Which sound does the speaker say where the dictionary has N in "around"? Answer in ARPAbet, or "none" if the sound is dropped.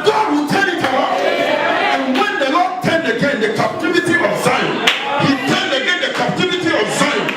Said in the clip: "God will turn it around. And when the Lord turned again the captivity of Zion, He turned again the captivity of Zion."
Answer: L